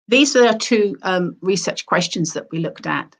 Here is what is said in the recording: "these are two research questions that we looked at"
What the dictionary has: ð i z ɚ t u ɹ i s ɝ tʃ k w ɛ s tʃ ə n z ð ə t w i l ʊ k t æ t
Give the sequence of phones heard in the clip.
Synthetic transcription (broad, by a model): ð i z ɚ t u ɹ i s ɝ tʃ k w ɛ s tʃ ə n z ð ə t w i l ʊ k t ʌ t